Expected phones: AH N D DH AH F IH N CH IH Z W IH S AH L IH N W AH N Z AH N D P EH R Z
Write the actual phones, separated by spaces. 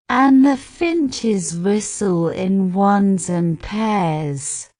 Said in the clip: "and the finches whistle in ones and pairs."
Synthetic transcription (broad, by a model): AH N DH AH F IH N CH IH Z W IH S AH L IH N W AH N Z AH N P EH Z